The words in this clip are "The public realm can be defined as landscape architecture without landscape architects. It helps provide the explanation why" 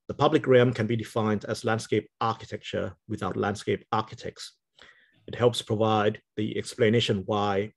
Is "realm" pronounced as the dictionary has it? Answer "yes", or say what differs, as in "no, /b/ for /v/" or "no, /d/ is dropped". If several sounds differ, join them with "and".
no, /l/ is dropped